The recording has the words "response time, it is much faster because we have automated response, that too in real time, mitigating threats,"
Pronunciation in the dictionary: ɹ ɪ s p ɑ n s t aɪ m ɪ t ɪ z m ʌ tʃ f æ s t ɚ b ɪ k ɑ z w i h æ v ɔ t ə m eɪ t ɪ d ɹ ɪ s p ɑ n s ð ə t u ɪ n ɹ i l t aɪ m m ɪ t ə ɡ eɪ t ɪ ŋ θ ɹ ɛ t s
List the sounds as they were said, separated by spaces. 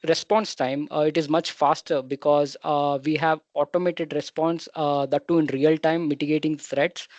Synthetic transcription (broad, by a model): ɹ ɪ s p ɑ n s t aɪ m ɪ t ɪ z m ʌ tʃ f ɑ s t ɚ b ɪ k ɑ z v i h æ v ɔ t ə m eɪ t ɪ d ɹ ɪ s p ɑ n s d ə t u ɪ n ɹ i l t aɪ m m ɪ t ə ɡ eɪ t ɪ ŋ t ɹ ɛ t s